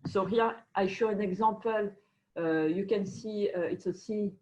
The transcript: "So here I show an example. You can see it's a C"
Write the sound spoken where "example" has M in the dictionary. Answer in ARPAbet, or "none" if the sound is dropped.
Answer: none